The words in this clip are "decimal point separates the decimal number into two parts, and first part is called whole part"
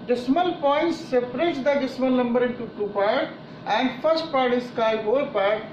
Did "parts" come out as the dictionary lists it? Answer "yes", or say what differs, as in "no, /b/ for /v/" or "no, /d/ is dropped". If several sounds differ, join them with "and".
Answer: no, /s/ is dropped